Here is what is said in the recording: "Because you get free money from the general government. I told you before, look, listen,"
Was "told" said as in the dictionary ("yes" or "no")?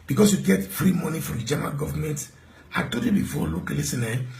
no